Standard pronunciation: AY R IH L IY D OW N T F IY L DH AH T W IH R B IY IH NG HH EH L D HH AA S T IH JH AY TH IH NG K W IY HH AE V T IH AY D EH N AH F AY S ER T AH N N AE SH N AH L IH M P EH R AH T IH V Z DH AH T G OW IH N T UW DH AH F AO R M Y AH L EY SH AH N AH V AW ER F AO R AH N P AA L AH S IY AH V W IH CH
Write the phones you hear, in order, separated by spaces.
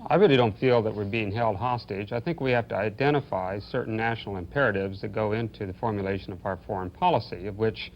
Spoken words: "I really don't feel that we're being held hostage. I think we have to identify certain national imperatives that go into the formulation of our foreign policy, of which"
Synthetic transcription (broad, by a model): AY R IH L IY D OW N T F IY L DH AH T W IH R B IY IH NG HH EH L D HH AA S T IH JH AY TH IH NG K W IY HH AE F T IH AY D EH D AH F AY S ER T N N AE SH N L IH M P EH R AH T IH V Z DH AH T G OW IH N T UW DH AH F AO R M Y AH L EY SH AH N AH V AW ER F AO R AH N P AA L AH S IY AH V W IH CH